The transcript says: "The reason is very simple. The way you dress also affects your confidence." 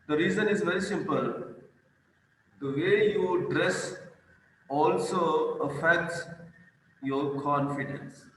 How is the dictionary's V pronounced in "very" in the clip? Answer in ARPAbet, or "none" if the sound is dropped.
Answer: V